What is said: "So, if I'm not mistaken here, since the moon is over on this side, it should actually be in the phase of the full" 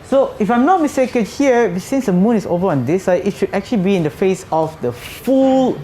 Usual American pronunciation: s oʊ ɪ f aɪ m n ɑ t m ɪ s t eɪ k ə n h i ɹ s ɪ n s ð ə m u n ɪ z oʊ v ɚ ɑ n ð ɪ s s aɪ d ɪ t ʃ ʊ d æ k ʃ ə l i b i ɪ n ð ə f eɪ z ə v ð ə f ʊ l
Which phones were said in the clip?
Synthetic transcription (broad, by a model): s oʊ ɪ f aɪ m n ɑ t m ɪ s t eɪ k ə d h i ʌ s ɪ n s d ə m u n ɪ s oʊ v ɚ ɑ n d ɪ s s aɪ ɪ t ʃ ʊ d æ k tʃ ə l i b i ɪ n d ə f eɪ s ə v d ə f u l